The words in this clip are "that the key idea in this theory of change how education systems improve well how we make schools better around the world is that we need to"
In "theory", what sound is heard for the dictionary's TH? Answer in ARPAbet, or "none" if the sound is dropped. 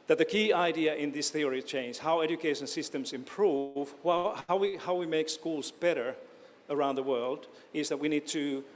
TH